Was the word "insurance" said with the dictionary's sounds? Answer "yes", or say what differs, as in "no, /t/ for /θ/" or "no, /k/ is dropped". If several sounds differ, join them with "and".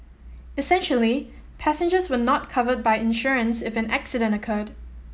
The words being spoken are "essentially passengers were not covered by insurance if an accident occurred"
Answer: yes